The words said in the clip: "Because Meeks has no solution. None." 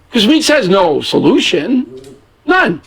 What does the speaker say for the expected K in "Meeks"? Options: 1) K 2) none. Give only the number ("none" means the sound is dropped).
2